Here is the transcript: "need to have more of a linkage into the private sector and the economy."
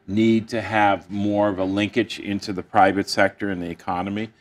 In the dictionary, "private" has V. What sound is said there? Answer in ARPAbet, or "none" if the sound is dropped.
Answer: V